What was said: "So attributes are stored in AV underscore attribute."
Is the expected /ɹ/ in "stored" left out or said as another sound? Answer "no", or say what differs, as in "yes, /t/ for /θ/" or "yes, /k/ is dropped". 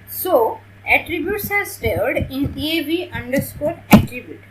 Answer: yes, /l/ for /ɹ/